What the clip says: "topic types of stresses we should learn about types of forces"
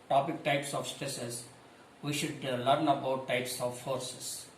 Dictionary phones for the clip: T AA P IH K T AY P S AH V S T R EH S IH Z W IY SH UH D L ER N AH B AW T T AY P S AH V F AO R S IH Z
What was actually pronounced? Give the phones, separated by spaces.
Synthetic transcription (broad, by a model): T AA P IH K T AY P S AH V S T EH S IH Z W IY SH UH D L ER N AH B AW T T AY P S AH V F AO R S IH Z